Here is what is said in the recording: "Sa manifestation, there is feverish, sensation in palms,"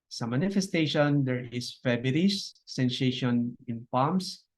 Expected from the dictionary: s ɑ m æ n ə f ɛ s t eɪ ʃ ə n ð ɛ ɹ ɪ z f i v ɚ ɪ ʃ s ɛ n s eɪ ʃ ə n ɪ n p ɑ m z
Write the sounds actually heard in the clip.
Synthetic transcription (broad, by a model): s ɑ m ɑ n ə f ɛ s t eɪ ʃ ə n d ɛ ɹ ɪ s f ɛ b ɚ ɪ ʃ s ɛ n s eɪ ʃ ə n ɪ n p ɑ m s